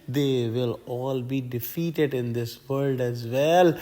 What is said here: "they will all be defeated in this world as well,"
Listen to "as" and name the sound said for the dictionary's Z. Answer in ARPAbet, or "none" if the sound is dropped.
Z